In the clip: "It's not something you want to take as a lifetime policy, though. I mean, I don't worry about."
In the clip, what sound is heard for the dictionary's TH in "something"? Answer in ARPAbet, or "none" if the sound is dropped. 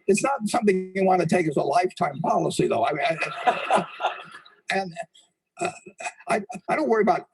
TH